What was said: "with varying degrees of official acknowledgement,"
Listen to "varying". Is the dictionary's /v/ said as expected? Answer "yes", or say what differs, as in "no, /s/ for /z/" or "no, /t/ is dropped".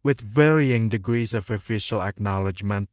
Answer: yes